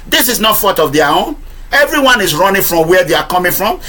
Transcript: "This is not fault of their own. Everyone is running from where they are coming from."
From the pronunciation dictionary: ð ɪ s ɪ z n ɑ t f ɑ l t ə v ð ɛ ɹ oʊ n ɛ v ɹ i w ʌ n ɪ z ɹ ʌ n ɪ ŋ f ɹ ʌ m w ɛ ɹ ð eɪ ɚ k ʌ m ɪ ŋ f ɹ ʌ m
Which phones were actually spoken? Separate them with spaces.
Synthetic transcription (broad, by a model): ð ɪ s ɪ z n ɑ t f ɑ t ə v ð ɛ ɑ oʊ n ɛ v ɹ i w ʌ n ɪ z ɹ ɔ n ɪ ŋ f ɹ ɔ m w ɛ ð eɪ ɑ k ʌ m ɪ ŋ f ɹ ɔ m